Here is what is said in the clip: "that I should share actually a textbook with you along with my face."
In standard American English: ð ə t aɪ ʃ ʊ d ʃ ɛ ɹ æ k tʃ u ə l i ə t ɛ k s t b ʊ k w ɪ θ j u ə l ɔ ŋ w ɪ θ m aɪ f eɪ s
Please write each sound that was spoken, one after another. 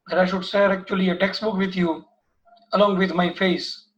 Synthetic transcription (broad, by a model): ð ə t aɪ ʃ ʊ d s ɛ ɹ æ k tʃ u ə l i ə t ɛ k s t b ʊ k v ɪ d j u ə l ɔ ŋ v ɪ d m aɪ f eɪ s